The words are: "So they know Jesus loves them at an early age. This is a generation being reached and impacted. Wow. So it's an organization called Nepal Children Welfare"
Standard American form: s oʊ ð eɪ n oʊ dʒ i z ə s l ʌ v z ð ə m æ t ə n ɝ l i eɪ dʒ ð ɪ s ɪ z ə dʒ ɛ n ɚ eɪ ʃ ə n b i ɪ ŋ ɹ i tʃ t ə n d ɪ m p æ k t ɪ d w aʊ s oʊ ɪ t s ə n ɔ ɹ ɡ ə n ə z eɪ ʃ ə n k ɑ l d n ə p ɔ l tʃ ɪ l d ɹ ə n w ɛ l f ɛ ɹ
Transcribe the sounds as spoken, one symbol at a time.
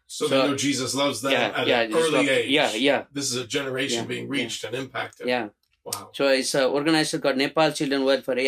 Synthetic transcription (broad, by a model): s oʊ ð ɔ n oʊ dʒ i z ə s l ʌ v z ð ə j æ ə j ɝ l i eɪ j ð ɪ s ɪ z ə dʒ ɛ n ɚ eɪ ʃ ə n b i ɪ ŋ ɹ i tʃ t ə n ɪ m p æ k t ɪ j w aʊ s oʊ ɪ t s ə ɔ ɹ ɡ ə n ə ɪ s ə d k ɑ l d n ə p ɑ l tʃ ɪ l d ɹ ə n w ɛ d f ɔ ɹ